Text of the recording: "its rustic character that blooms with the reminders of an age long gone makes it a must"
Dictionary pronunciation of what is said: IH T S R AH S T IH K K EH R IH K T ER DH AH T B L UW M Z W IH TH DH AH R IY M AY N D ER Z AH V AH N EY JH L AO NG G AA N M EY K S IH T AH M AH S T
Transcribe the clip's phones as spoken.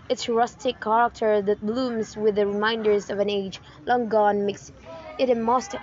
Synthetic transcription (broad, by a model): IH T S R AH S T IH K K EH R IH K T ER DH AH T B L UW M Z W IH DH AH R IY M AY N D ER Z AH V AH N EY JH L AO NG G AA N M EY K S IH T AH M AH S T